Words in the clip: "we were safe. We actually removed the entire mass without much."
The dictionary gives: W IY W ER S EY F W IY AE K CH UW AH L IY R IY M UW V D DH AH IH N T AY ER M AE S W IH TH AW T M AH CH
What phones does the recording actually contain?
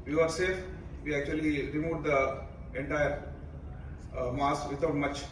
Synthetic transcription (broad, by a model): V IY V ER S EY F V IY AE K CH UW AH L IY R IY M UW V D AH IH N T AY ER M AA S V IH T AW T M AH CH